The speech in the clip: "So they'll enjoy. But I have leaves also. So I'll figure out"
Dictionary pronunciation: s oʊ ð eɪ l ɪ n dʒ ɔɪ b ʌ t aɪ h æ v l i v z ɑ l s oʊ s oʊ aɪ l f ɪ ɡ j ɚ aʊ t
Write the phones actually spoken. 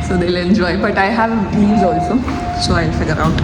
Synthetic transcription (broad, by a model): s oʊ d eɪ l ɪ n dʒ ɔɪ b ʌ t aɪ h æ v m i z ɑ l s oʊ s oʊ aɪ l f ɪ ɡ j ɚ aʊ t